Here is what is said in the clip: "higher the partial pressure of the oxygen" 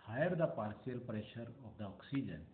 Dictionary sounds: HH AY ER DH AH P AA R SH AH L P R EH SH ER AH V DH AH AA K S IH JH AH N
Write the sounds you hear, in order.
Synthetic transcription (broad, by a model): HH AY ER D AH P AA R S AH L P R EH SH ER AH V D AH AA K S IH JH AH N